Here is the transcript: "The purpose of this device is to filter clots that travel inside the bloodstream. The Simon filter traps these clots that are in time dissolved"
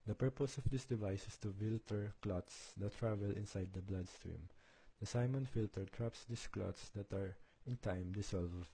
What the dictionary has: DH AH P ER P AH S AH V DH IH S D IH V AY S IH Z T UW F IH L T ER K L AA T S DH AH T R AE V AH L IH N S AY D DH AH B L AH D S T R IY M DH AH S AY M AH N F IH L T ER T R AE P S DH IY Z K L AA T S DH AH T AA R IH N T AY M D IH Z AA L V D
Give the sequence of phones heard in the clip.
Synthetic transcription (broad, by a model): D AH P ER P AH S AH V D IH S D IH V AY S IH S T UW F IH L T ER K L AA T S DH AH T R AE V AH L IH N S AY D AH B L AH D S T R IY M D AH S AY M AH N F IH L T ER T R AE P S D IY S K L AA T S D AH T AA R IH N T AY M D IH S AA L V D